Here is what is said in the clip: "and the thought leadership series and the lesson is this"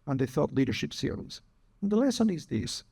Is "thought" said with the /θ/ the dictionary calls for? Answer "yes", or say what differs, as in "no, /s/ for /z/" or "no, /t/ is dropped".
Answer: yes